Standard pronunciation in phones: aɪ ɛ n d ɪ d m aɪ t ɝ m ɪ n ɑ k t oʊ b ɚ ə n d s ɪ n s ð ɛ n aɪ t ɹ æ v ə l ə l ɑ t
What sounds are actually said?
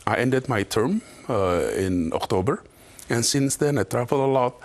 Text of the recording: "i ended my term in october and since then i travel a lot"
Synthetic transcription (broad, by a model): aɪ ɛ n d ɪ d m aɪ t ɝ m ɪ n ɑ k t oʊ b ɚ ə n s ɪ n s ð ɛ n aɪ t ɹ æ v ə l ə l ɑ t